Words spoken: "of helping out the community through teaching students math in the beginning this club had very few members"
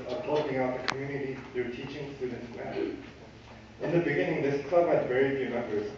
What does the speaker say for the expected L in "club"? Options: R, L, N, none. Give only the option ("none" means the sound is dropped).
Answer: none